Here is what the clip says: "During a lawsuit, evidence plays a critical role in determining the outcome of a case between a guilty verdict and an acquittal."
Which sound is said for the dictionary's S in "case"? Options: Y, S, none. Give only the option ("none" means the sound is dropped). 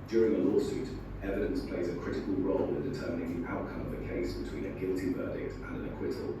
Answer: S